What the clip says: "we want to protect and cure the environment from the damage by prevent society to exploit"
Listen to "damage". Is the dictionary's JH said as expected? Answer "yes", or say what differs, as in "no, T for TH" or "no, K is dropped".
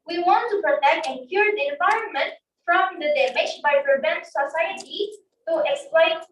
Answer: no, SH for JH